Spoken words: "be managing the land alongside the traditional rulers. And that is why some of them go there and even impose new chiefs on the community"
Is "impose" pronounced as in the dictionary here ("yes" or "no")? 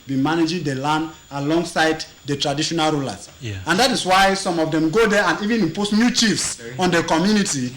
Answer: no